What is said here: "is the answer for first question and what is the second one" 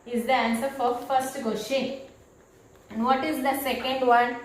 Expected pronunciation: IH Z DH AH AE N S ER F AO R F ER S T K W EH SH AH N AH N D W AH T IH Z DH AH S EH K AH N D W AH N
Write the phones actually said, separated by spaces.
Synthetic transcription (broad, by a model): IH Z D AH AE N S ER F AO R F ER S T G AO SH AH AH N D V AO T IH Z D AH S EH K AH N D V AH N